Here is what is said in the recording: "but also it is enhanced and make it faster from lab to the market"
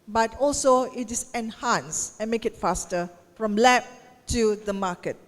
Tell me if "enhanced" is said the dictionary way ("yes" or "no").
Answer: no